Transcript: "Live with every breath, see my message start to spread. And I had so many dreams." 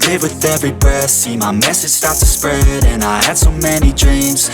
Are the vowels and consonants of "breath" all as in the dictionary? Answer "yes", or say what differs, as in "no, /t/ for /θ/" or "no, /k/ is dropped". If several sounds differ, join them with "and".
no, /ɹ/ is dropped